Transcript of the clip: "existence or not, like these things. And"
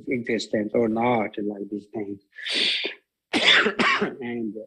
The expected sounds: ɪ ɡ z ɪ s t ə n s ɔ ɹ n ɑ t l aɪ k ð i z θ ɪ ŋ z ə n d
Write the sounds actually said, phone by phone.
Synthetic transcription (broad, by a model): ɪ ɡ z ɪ s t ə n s ɔ ɹ n ɑ t l aɪ k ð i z t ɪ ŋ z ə n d